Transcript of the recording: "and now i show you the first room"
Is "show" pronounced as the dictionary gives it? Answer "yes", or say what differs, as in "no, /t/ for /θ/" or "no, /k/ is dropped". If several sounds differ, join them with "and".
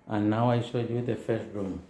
no, /s/ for /ʃ/